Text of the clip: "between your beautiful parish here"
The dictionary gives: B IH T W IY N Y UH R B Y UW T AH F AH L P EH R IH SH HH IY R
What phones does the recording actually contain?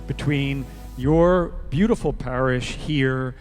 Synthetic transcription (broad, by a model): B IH T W IY N Y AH R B Y UW T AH F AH L P EH R IH SH HH IY R